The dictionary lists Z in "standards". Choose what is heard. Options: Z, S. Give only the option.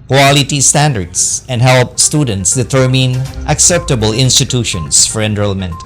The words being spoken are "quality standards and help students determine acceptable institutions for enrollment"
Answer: S